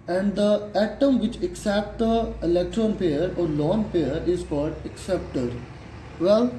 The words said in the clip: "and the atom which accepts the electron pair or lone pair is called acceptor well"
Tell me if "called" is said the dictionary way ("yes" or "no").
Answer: no